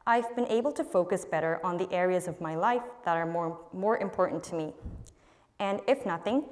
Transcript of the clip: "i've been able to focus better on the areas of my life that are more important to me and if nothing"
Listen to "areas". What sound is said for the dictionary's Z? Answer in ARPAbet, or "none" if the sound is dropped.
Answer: Z